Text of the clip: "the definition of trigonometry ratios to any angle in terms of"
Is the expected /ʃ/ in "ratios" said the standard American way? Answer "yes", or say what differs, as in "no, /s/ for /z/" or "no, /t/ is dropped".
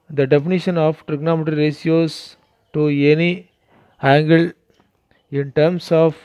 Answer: no, /s/ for /ʃ/